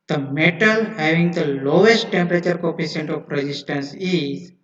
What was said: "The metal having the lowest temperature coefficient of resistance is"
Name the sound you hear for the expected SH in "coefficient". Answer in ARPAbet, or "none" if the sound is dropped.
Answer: S